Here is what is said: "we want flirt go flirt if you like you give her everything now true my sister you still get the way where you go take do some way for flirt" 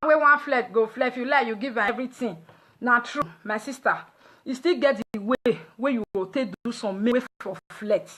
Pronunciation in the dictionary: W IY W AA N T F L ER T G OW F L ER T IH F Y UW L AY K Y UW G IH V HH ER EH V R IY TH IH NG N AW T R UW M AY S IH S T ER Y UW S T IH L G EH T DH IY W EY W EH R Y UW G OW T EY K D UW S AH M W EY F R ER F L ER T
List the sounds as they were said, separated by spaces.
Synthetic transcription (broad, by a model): W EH W AA N F L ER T G OW F L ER IH F Y UW L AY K Y UW G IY V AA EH V R IY T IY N N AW T R UW M AY S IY S T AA Y UW S T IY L G EH T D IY W EY W EH Y UW G OW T EY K D UW S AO M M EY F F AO F L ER T